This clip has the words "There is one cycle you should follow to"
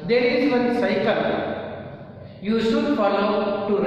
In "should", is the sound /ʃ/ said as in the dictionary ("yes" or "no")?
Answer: no